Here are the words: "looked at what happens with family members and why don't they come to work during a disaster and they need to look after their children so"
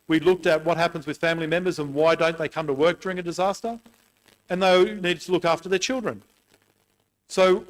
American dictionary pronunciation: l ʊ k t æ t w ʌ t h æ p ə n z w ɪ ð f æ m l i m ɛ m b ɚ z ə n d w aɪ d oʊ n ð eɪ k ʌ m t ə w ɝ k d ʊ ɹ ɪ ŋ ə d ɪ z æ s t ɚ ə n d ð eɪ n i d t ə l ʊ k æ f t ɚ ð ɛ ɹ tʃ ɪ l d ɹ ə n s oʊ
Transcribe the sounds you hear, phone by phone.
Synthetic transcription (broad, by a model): l ʊ k t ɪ t w ʌ t h æ p ə n z w ɪ ð f æ m l i m ɛ m b ɚ z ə n w aɪ d oʊ n ð eɪ k ʌ m t ə w ɝ k d ʊ ɹ ɪ ŋ ə d ɪ z æ s t ɚ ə n ð eɪ n i d t ə l ʊ k æ f t ɚ ð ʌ ɹ tʃ ɪ l d ɹ ə n s oʊ